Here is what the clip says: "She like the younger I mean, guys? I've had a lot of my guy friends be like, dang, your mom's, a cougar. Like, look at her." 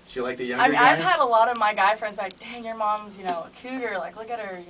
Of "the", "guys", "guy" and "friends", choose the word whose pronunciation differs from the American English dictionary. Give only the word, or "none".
guys